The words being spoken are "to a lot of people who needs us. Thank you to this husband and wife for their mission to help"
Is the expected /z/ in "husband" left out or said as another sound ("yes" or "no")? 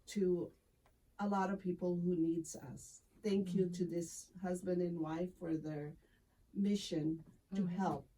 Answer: no